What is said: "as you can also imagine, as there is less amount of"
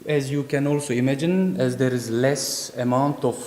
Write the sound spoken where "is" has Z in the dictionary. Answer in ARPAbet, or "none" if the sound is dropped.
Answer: Z